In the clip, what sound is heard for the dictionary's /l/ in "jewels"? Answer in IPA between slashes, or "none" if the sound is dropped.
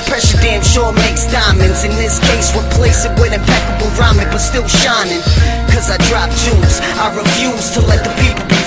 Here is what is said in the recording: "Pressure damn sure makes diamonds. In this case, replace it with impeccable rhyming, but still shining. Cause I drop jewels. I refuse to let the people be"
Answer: none